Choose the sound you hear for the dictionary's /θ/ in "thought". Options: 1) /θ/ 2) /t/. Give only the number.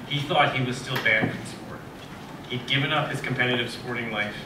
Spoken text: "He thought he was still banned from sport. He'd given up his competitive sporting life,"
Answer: 1